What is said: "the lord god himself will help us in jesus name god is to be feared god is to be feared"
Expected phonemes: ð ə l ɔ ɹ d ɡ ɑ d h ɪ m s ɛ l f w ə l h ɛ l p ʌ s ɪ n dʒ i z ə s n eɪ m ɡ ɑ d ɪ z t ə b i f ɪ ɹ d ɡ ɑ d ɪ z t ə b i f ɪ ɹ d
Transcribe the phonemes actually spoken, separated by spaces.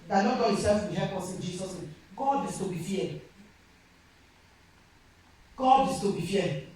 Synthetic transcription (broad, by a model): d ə n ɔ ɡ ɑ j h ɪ s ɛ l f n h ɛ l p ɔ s ɪ n dʒ i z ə s n eɪ m ɡ ɑ d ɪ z t ə b i f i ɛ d ɡ ɑ d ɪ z t ə b i f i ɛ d